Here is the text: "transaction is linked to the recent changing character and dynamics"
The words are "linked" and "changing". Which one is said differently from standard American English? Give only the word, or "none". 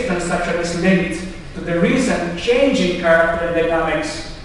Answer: linked